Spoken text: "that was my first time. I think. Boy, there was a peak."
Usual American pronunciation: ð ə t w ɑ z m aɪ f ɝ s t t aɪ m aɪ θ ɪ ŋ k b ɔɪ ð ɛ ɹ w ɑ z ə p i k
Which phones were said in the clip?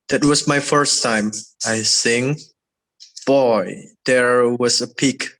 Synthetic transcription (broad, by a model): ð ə t w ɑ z m aɪ f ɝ s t t aɪ m aɪ s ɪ ŋ b ɔɪ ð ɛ ɹ w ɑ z ə p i k